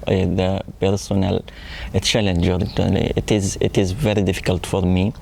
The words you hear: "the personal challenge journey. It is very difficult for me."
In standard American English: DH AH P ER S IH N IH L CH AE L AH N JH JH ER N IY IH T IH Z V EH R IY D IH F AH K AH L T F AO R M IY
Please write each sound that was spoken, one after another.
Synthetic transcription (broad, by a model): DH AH P ER S IH N IH L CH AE L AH N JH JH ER L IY IH T IH Z V EH R IY D IH F AH K AH L T F AO R M IY